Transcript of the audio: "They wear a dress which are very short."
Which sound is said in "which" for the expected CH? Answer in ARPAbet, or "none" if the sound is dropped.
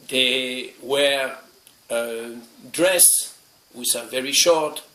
S